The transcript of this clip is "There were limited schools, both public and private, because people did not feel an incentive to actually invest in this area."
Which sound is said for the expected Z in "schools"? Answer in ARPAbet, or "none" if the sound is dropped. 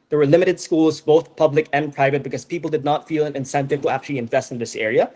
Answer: Z